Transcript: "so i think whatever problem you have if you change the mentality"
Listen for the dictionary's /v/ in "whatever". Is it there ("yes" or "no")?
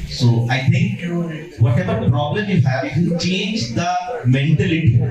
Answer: no